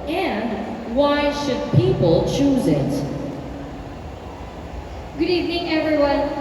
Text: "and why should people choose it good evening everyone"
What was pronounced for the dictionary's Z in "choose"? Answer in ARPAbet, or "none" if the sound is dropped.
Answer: Z